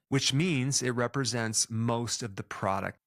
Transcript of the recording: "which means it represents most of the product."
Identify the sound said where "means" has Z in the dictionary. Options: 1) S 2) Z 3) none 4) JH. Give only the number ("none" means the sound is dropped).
2